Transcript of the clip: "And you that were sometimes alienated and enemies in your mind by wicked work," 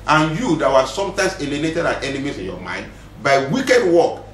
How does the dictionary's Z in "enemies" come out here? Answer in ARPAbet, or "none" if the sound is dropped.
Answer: S